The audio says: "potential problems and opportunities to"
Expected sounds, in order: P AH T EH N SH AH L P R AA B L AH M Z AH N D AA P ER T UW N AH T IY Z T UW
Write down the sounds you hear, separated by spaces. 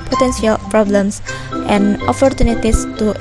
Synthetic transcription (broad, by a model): P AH T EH N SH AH L P R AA B L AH M S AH N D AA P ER T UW N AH T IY S T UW